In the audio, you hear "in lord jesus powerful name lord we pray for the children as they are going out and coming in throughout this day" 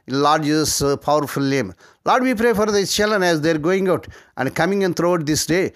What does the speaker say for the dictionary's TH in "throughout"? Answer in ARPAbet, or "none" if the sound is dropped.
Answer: T